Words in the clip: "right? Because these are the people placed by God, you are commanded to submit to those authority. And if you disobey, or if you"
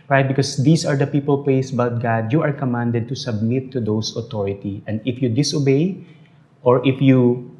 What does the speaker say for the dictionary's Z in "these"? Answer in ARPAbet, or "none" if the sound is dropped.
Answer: S